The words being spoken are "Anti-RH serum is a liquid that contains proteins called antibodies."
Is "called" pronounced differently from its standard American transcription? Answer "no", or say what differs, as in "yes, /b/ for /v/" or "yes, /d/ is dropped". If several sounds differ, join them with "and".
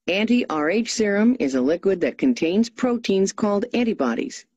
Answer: no